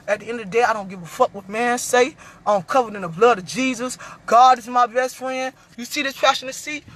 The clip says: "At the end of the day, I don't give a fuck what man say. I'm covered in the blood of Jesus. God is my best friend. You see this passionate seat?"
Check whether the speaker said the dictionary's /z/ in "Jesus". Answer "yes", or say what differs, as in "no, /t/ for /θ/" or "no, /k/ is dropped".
yes